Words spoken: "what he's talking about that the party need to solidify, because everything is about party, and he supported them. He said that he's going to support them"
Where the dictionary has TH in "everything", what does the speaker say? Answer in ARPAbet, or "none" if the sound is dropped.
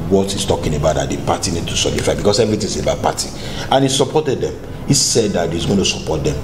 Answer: T